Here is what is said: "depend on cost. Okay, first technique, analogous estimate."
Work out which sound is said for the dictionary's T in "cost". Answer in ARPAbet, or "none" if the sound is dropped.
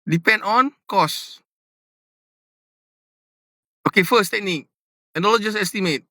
none